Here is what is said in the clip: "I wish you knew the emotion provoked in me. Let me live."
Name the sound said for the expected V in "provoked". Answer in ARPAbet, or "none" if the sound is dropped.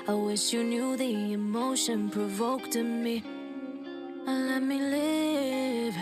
V